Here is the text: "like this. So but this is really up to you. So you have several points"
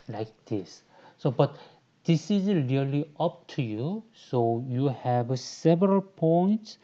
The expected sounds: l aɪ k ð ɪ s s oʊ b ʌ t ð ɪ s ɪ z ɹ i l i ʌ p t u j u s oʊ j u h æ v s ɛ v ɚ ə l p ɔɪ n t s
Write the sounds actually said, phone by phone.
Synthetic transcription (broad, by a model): l aɪ k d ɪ s s oʊ b ʌ t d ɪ s ɪ z l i l i ʌ p t u j u s oʊ j u h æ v s ɛ v ɚ ə l p ɔɪ n t s